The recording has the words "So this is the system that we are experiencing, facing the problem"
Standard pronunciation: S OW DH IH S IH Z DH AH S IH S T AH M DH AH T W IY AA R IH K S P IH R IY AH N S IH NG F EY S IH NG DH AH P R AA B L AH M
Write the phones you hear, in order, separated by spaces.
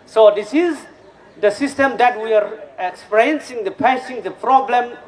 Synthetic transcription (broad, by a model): S OW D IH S IH Z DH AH S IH S T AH M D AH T W IY AA R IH K S P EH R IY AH N S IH NG P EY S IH NG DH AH P R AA B L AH M